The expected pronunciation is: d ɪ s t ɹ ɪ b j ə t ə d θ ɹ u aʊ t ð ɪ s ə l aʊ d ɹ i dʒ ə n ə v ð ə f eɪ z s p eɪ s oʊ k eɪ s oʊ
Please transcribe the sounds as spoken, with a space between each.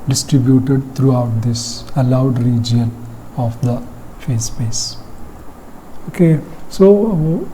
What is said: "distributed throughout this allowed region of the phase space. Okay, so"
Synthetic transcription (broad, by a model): d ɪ s t ɹ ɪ b j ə t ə d t ɹ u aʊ t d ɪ s ə l aʊ d ɹ i dʒ ə n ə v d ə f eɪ s p eɪ s oʊ k eɪ s oʊ